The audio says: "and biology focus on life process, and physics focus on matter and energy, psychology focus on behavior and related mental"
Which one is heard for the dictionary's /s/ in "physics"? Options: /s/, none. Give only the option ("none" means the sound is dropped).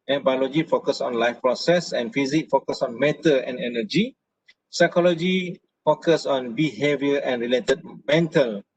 none